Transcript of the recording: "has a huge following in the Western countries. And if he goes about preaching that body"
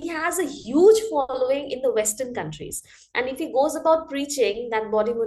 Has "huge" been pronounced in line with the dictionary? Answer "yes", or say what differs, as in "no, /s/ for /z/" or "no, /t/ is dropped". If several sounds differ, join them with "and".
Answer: yes